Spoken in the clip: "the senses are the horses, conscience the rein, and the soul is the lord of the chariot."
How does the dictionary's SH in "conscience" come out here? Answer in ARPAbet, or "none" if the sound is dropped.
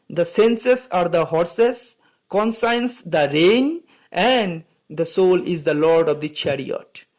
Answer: S